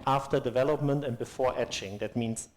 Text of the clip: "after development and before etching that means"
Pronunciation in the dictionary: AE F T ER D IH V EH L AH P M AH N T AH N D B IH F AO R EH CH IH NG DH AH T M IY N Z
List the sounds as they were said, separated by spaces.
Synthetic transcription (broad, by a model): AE F T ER D IH V EH L AH P M AH N T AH N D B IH F AO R EH CH IH NG DH AH T M IY N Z